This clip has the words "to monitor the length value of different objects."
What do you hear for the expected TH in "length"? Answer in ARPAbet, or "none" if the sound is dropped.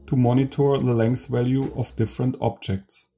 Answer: TH